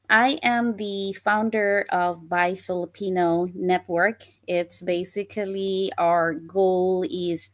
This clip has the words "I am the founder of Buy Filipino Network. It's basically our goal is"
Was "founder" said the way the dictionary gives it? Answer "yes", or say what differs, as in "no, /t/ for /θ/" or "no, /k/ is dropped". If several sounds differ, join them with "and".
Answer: yes